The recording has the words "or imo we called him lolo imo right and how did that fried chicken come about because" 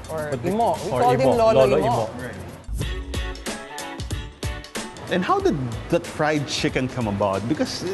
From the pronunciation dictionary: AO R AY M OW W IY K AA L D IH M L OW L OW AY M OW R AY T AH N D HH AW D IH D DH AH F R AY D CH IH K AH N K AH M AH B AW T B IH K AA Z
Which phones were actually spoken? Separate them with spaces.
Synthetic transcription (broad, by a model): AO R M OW W IY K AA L IH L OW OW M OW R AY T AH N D HH AW D IH D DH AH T R AY D CH IH K AH N K AH M AH B AW T B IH K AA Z